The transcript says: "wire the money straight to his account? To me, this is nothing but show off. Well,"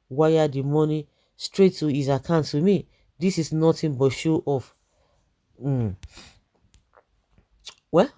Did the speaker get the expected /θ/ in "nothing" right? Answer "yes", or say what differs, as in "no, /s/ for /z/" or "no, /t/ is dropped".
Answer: no, /t/ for /θ/